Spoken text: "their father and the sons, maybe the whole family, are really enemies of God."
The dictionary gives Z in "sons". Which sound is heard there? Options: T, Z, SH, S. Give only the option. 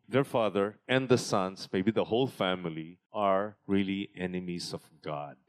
S